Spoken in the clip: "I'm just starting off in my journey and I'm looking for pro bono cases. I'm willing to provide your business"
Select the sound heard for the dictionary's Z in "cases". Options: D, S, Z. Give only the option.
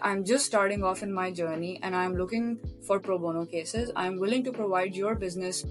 Z